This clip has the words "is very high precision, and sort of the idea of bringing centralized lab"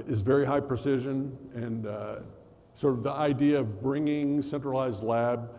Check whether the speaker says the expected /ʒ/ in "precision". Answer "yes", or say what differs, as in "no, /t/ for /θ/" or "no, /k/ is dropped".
yes